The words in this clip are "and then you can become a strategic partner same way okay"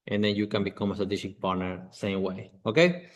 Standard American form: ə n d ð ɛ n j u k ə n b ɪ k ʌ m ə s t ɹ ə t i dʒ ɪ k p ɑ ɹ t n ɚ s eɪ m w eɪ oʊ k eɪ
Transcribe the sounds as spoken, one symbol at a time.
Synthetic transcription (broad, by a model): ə n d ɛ n j u k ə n b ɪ k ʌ m ə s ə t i ʃ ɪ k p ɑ ɹ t n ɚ s eɪ m w eɪ oʊ k eɪ